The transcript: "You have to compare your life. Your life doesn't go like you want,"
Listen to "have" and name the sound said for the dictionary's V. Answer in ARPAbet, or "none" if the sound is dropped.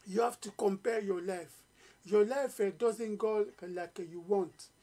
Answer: F